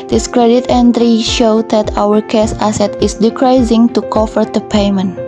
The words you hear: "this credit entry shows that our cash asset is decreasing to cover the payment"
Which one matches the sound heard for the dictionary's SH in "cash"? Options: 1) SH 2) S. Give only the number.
2